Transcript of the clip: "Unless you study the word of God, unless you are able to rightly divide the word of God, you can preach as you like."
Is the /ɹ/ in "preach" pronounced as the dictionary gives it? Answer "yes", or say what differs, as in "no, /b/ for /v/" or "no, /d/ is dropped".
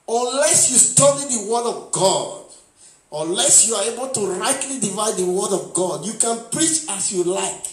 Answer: yes